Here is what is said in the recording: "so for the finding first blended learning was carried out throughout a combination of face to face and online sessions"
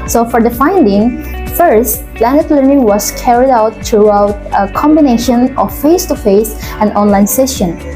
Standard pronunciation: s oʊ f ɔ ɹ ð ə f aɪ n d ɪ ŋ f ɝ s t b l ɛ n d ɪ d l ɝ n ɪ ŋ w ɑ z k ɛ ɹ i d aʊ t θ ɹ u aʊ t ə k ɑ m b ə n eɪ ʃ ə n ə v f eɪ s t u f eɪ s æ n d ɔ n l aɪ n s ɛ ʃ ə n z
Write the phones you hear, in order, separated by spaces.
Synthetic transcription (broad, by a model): s oʊ f ɔ ɹ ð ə f aɪ n d ɪ ŋ f ɝ s t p l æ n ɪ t l ɝ n ɪ ŋ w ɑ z k ɛ ɹ i d aʊ t ɹ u aʊ t ə k ɑ m b ə n eɪ ʃ ə n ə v f eɪ s t u f eɪ s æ n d ɔ n l aɪ n s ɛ ʃ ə n